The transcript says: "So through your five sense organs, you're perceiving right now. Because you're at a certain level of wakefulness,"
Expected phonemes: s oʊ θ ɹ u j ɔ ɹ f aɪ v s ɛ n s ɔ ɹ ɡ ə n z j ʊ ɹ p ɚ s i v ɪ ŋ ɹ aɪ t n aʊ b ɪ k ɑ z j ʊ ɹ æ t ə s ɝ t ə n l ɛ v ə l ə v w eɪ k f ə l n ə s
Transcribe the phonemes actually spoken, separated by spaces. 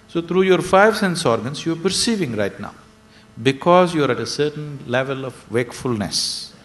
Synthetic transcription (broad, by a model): s oʊ t ɹ u j ɔ ɹ f aɪ v s ɛ n s ɔ ɹ ɡ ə n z j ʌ ɹ p ɚ s i v ɪ ŋ ɹ aɪ t n aʊ b ɪ k ɑ z j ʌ ɹ æ t ə s ɝ t ə n l ɛ v ə l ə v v eɪ k f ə l n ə s